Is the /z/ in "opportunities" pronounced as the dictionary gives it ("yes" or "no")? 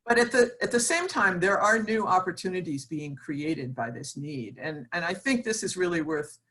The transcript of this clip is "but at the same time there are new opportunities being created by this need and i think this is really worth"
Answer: yes